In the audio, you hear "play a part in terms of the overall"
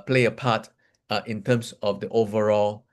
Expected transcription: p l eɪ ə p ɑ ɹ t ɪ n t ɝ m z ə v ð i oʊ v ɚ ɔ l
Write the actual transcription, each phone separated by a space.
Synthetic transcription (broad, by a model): p l eɪ ə p ɑ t t ɪ n t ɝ m s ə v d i oʊ v ɚ ɔ l